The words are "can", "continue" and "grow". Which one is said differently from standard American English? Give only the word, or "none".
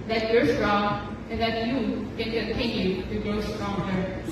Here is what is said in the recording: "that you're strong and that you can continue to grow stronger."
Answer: grow